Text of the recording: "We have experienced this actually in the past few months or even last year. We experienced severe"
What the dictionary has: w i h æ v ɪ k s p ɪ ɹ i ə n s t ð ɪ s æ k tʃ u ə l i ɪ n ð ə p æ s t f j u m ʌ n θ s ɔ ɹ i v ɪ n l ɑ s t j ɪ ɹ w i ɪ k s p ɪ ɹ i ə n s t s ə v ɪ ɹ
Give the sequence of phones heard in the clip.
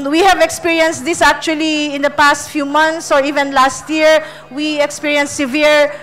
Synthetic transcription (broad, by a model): w i h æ v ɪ k s p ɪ ɹ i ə n s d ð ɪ s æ k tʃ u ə l i ɪ n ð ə p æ s t f j u m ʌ n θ s ɔ ɹ i v ɪ n l ɑ s t j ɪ ɹ w i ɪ k s p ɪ ɹ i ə n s s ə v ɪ ɹ